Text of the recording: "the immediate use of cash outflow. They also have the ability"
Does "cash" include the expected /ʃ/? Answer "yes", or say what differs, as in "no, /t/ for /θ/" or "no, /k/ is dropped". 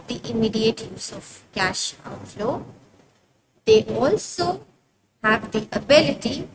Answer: yes